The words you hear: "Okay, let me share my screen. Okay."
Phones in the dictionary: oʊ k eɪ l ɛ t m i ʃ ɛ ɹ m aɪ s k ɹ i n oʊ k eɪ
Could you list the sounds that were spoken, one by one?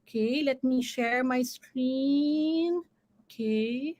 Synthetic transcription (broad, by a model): k eɪ l ɛ t m i ʃ ɛ ɹ m aɪ s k ɹ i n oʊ k eɪ